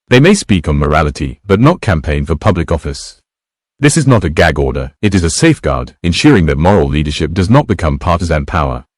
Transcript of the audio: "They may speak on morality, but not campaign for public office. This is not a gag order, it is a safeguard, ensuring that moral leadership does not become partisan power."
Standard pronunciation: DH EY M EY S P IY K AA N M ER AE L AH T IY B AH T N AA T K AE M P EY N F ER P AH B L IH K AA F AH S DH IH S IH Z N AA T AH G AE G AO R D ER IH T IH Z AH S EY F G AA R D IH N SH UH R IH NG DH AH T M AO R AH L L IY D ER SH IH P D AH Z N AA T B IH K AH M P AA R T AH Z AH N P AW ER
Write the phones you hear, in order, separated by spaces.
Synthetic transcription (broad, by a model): DH EY M EY S P IY K N M ER AE L AH T IY B AH T N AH T K AE M P EY N F ER P AH B L IH K AA F AH S DH IH S IH Z N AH T AH G AE G AO R D ER IH T IH Z AH S EY F G AA R D IH N SH UH R IH NG DH AH T M AO R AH L L IY D ER SH IH P D AH Z N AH T B IH K AH M P AA R T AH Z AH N P AW ER